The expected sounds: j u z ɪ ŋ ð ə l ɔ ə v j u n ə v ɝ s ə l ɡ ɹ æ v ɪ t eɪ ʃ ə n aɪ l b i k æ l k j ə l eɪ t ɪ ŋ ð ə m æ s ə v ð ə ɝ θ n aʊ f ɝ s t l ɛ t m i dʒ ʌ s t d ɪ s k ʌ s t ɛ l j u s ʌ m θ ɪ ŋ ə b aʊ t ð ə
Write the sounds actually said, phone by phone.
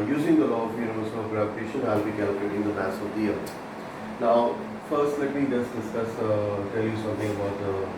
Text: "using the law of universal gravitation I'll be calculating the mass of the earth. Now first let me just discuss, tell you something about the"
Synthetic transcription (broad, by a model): j u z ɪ ŋ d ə l ɔ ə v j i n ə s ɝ ə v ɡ ɹ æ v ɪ t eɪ ʃ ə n aɪ l b i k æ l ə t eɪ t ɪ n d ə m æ s ə v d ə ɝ n aʊ f ɝ s t l ɛ t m i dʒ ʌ s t d ɪ s k ʌ s t ɛ l j u s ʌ m t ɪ ŋ ə b aʊ t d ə